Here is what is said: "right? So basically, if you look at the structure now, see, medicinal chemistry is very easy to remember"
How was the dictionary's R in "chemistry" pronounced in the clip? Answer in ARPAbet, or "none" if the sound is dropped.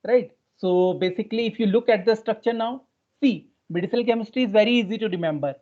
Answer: none